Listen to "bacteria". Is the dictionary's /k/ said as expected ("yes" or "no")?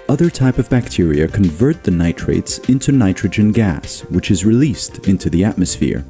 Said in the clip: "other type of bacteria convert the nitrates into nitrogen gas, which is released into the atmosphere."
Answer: yes